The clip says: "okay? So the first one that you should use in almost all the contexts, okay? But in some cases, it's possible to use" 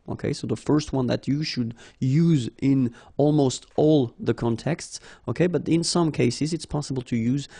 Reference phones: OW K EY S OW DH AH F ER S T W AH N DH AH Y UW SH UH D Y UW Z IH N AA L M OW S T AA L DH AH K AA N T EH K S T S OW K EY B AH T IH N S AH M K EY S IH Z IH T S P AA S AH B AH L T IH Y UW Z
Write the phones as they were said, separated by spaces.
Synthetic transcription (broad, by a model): OW K EY S OW DH AH F ER S T W AH N DH AH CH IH SH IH D Y UW Z IH N AA L M OW S T AA L DH AH K AA N T EH K S T S OW K EY B AH T IH N S AH M K EY S IH Z IH T S P AA S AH B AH L T IH Y UW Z